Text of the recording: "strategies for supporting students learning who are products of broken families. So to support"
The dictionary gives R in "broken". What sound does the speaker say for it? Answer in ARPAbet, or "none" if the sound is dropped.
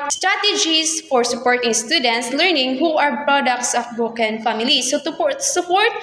none